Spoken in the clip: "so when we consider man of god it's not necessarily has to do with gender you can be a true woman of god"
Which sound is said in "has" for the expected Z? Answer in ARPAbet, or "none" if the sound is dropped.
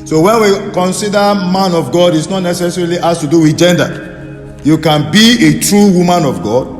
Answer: S